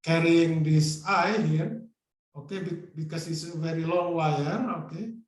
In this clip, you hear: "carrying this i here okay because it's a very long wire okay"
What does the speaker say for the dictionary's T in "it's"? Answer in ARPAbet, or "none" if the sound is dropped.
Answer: S